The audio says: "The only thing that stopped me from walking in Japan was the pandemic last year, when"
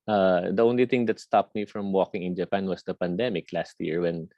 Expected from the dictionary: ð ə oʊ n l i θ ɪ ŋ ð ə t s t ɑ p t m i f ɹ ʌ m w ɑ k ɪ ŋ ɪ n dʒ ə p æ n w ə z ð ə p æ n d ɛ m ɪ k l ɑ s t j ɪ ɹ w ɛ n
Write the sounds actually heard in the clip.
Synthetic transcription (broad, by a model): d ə oʊ n l i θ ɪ ŋ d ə t s t ɑ p t m i f ɹ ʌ m w ɑ k ɪ ŋ ɪ n dʒ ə p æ n w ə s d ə p æ n d ɛ m ɪ k l ɑ s t j ɪ ɹ w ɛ n